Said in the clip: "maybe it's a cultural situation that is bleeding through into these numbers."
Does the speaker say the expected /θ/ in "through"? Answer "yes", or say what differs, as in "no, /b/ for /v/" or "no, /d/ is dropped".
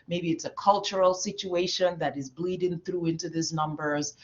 yes